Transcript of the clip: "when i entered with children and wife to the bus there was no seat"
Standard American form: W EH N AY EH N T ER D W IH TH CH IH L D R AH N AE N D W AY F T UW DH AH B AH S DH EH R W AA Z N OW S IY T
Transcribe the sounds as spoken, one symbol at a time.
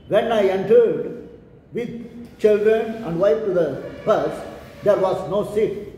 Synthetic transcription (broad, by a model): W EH N AY EH N T ER D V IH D CH IH L D R AH N AE N D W AY P T UW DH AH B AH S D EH R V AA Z N OW S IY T